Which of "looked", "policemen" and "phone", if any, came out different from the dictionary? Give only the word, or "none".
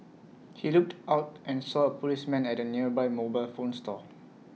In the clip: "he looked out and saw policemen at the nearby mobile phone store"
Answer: none